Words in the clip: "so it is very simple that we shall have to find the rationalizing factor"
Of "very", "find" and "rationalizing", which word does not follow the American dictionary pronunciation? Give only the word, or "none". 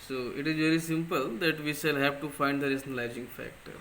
rationalizing